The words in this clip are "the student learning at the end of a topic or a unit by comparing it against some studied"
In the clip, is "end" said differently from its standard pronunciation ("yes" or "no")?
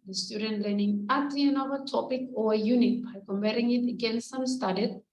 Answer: yes